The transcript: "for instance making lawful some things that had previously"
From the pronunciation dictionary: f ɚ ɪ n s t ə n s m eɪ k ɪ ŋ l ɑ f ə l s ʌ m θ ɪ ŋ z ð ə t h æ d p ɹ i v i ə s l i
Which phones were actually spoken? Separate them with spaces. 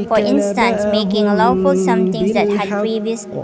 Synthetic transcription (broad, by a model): f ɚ ɪ n s t ə n s m eɪ k ɪ ŋ l ɑ f ə l s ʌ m t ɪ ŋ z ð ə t h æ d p ɹ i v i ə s